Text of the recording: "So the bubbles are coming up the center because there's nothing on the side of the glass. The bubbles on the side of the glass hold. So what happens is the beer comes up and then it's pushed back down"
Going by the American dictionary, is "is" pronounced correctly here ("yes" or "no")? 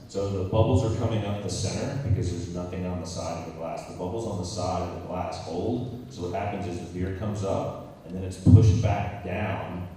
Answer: yes